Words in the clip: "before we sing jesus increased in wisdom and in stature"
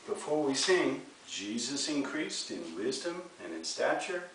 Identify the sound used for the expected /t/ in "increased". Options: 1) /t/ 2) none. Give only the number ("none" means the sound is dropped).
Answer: 1